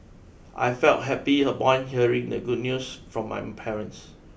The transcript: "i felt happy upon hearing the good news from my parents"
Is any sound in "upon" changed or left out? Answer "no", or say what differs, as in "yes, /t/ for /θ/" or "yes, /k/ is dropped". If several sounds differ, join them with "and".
yes, /b/ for /p/